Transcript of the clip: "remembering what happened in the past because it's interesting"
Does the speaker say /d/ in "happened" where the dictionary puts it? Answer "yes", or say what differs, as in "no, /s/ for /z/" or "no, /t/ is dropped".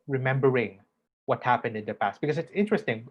yes